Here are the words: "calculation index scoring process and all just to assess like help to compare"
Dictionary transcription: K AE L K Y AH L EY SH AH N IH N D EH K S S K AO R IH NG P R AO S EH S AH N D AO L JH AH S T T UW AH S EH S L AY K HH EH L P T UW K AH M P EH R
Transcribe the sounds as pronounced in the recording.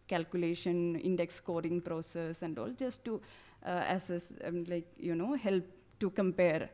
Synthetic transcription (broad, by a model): K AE L K Y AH L EY SH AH N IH N D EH K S S K AO R IH NG P R AO S EH S AH N D AO L JH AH S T T UW AH S EH S L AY K HH EH L P T UW K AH M P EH R